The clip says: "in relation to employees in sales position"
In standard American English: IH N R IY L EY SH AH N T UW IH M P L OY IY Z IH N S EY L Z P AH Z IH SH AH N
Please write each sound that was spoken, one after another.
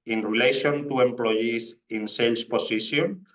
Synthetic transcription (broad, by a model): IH N R IY L EY SH AH N T UW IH M P L OY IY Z IH N S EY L S P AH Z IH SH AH N